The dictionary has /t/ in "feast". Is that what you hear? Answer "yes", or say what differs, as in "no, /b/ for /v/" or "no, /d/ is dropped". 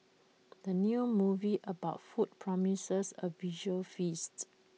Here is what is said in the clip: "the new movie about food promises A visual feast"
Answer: yes